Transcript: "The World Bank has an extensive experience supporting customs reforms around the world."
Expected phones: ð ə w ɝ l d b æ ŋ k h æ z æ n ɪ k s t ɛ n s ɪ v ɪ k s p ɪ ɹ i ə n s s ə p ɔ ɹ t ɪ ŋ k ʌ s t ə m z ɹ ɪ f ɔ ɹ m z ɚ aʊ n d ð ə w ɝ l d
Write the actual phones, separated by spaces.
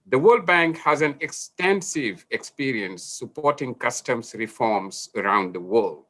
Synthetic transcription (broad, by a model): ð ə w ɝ l d b æ ŋ k h æ z æ n ɪ k s t ɛ n s ɪ v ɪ k s p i ɹ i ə n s s ə p ɔ ɹ t ɪ ŋ k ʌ s t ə m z ɹ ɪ f ɔ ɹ m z ɚ aʊ n d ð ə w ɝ l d